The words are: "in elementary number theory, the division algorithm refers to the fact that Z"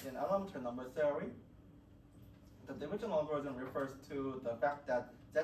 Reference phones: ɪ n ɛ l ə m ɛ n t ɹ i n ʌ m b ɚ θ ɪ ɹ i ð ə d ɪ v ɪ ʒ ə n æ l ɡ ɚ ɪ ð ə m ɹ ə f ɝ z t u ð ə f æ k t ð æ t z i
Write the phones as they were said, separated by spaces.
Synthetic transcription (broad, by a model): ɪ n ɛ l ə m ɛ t i n ʌ m b ɚ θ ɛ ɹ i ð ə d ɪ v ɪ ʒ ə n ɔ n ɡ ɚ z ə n ɹ ə f ɝ z t u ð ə f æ k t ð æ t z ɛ